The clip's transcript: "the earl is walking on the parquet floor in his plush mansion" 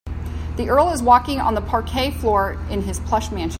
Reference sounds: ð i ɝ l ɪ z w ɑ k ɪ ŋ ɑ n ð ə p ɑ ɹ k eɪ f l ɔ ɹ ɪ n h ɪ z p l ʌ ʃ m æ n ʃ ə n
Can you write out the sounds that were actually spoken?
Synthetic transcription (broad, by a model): ð i ɝ l ɪ z w ɑ k ɪ ŋ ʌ n ð ə p ɑ ɹ k eɪ f l ɔ ɹ ɪ n ɪ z p l ʌ ʃ m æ n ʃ